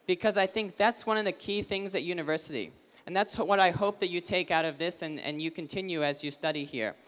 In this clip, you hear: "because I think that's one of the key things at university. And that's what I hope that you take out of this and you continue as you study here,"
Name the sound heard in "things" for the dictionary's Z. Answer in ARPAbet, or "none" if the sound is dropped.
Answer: Z